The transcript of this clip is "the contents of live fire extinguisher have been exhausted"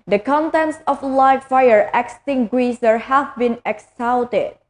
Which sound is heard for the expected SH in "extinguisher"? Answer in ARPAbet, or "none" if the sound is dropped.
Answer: S